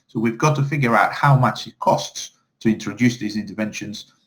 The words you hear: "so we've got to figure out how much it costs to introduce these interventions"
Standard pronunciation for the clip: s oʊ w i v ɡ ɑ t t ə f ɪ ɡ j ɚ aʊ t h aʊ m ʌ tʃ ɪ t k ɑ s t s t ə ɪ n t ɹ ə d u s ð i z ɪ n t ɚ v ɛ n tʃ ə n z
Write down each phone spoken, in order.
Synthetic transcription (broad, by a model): s oʊ w i v ɡ ɑ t t ə f ɪ ɡ j ɚ aʊ t h aʊ m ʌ tʃ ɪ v k ɑ s t s t ə ɪ n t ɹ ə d u s ð i z ɪ n t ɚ v ɛ n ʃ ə n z